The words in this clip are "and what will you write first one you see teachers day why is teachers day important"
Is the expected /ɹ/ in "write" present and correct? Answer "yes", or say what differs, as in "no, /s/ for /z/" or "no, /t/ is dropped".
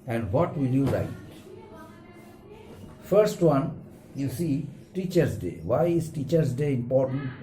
no, /l/ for /ɹ/